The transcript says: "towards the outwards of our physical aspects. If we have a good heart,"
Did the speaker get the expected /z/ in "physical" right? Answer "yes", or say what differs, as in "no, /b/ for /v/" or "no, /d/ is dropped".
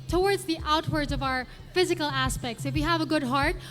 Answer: yes